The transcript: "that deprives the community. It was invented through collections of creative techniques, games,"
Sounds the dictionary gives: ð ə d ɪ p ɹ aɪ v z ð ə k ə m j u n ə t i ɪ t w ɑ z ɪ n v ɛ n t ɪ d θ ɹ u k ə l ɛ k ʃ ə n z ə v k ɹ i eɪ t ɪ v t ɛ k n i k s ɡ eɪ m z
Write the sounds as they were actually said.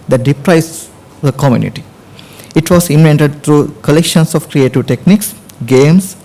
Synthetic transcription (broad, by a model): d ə d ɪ p ɹ aɪ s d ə k ə m j u n ə t i ɪ t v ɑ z ɪ n v ɛ n t ɪ d t ɹ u k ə l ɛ k ʃ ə n s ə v k ɹ i eɪ t ɪ v t ɛ k n i k s ɡ eɪ m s